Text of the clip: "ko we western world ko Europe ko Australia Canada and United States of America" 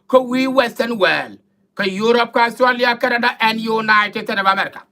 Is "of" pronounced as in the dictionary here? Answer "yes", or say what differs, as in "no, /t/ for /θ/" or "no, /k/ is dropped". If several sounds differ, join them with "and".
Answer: no, /b/ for /v/